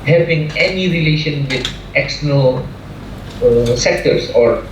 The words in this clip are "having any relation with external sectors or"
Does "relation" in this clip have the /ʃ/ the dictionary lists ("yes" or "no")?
yes